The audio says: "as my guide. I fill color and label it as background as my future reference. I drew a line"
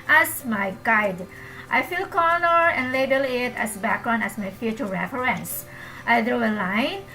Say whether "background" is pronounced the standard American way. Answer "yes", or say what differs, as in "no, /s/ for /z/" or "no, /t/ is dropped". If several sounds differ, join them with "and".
no, /d/ is dropped